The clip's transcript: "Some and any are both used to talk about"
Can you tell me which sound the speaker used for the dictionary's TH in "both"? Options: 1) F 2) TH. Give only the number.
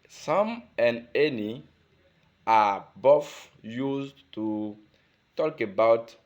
1